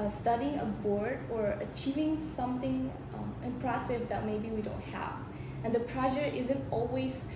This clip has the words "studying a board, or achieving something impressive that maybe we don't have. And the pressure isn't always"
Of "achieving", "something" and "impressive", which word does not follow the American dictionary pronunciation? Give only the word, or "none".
none